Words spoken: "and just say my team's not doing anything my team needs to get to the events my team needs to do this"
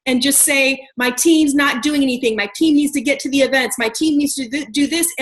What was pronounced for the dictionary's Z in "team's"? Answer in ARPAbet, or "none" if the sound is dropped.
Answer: Z